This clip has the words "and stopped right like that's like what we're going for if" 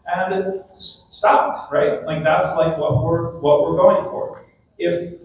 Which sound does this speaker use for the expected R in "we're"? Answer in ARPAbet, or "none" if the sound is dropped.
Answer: R